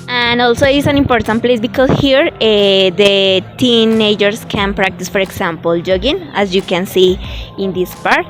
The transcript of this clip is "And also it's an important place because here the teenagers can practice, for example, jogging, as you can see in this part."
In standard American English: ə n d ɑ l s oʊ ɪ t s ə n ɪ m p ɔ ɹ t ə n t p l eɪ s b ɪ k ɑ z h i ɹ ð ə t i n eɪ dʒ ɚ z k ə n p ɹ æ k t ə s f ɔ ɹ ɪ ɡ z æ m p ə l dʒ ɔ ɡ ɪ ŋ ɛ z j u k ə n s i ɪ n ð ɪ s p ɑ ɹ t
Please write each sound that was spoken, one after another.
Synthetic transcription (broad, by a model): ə n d ɑ l s oʊ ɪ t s ə n ɪ m p ɔ ɹ t ə n t p l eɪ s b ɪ k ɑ s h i ɹ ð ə t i n eɪ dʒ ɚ s k ə n p ɹ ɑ k t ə s f ɔ ɹ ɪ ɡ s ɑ m p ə l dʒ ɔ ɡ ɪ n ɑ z j u k ə n s i ɪ n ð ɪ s p ɑ ɹ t